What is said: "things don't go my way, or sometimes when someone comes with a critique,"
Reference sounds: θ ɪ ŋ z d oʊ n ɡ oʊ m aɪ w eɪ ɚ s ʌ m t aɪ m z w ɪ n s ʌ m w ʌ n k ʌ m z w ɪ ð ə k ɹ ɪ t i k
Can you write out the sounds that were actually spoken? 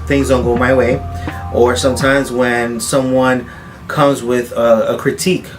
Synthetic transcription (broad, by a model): θ ɪ ŋ z d oʊ n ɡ oʊ m aɪ w eɪ ɚ s ʌ m t aɪ m z w ɪ n s ʌ m w ʌ n k ʌ m z w ɪ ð ə k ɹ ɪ t i k